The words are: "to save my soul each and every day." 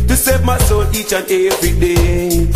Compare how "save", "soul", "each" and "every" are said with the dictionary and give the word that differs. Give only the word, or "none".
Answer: soul